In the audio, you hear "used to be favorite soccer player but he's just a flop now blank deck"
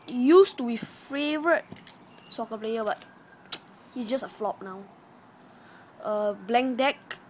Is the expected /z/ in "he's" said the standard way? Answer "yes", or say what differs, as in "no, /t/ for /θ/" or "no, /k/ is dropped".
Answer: no, /s/ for /z/